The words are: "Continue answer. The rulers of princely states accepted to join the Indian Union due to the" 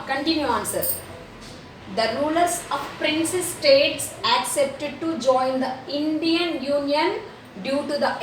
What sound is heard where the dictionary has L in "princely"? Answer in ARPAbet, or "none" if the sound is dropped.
none